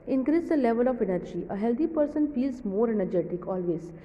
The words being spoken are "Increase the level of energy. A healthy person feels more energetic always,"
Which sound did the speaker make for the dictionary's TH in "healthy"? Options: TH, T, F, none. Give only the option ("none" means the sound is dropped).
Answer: T